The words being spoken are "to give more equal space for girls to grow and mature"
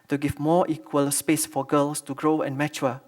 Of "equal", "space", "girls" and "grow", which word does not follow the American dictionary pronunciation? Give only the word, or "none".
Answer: girls